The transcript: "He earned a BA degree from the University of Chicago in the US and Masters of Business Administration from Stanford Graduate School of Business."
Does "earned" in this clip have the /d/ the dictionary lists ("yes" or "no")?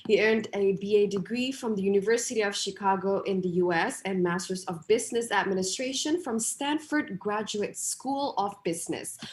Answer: yes